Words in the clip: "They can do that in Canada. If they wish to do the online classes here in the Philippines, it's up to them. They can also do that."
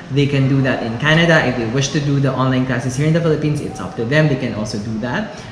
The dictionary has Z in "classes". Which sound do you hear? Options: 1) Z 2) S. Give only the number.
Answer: 2